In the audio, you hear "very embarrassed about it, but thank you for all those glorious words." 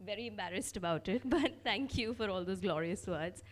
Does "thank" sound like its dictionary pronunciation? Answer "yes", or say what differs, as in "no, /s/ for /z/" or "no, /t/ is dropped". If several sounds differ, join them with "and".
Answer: no, /t/ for /θ/